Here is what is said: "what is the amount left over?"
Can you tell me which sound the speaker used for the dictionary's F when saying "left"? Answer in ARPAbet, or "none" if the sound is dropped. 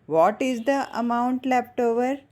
P